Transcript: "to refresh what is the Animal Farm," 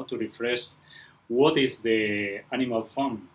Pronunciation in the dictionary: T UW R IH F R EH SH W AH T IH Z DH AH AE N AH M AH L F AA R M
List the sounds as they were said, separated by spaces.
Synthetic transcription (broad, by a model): T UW R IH F R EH S W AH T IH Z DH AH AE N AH M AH L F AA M